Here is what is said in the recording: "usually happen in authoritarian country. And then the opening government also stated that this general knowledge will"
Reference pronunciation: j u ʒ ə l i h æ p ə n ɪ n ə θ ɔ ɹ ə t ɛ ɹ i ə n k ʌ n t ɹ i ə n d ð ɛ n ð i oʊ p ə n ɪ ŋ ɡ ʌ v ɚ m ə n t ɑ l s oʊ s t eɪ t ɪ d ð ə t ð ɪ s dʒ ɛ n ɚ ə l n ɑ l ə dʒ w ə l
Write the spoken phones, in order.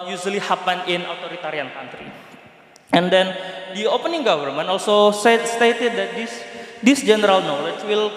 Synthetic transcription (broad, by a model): j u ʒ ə l i h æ p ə n ɪ n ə t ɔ ɹ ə t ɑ ɹ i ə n k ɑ n t ɹ i ə n d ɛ n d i oʊ p ə n ɪ ŋ ɡ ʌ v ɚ m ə n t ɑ l s oʊ s t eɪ t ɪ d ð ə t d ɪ s dʒ ɛ n ɚ ə l n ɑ l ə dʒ w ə l